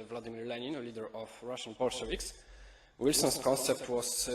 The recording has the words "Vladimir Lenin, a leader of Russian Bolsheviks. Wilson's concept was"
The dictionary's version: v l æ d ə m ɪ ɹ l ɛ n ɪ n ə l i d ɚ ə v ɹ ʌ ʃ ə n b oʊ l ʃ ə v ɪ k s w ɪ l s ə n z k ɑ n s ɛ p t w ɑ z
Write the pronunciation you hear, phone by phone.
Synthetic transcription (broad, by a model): v l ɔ d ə m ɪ ɹ l ɛ n ɪ n l i d ɚ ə f ɹ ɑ ʃ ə n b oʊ l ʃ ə v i k s w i l s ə n s k ɑ n s ɛ p t w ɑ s